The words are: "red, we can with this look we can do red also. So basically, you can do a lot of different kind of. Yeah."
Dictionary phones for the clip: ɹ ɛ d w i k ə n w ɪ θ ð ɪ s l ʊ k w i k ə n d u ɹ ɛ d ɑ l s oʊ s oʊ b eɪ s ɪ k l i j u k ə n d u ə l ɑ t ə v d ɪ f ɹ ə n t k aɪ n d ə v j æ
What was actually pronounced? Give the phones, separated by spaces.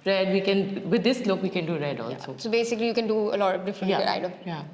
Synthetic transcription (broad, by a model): ɹ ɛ d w i k ə n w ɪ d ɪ s l ʊ k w i k ə n d u ɹ ɛ d ɑ l s oʊ s oʊ b eɪ s ɪ k l i j u k ə n d u ə l ɑ t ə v d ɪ f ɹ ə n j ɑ aɪ d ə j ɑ